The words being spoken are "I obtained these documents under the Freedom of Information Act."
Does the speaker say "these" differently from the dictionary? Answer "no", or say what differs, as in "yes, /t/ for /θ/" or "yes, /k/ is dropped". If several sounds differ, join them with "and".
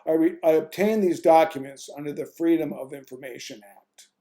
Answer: no